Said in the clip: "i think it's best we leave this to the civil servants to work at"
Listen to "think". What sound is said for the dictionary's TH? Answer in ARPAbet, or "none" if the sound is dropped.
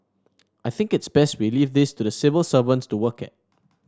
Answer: TH